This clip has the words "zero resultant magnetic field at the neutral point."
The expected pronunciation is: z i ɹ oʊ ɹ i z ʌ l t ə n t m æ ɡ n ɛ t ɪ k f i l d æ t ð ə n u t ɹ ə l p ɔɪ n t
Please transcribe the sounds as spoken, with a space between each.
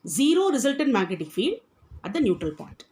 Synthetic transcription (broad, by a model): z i ɹ oʊ ɹ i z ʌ l t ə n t m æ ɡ ɛ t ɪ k f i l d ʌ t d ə n u t ɹ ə l p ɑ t